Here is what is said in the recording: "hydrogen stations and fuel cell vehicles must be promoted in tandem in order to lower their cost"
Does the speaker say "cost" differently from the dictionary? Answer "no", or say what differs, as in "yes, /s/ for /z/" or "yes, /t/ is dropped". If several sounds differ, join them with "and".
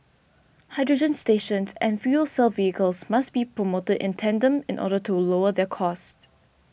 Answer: no